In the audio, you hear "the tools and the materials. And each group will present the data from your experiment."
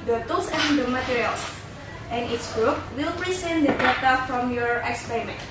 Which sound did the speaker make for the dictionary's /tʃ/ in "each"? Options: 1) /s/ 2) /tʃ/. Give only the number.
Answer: 1